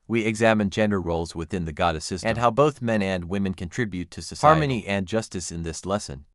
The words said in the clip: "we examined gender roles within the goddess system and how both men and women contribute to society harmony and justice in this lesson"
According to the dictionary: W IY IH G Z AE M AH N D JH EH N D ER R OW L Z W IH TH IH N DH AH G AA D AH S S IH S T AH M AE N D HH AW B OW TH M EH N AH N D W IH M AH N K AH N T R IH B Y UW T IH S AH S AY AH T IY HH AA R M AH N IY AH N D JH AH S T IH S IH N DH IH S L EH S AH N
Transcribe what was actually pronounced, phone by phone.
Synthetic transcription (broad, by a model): W IY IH G Z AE M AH N JH EH N D ER R OW L Z W IH TH IH N DH AH G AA D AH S S IH S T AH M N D HH AW B OW TH M EH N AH N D W IH M AH N K AH N T R IH B Y UW T IH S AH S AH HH AA R M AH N IY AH N JH AH S T IH S IH N DH IH S L EH S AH N